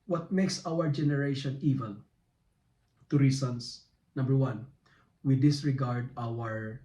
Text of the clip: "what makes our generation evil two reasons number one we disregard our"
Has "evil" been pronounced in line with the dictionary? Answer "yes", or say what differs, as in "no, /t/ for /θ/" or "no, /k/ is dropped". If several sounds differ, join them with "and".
no, /n/ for /l/